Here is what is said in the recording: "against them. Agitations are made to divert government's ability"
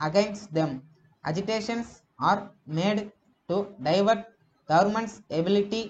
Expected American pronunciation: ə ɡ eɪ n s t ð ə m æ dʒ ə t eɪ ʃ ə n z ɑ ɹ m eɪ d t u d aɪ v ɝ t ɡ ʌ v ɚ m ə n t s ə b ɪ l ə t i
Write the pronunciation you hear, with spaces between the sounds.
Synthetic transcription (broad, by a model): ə ɡ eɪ n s t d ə m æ dʒ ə t eɪ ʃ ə n s ɑ ɹ m eɪ d t u d aɪ v ɝ t ɡ ʌ v ɚ m ə n t s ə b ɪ l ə t i